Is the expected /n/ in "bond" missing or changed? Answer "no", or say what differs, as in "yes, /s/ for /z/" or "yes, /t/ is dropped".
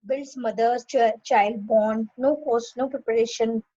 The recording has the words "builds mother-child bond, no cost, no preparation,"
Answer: yes, /n/ is dropped